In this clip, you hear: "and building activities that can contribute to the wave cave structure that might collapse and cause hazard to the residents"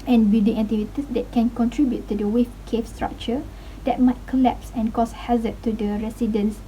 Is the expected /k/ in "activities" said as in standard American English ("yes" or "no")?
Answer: no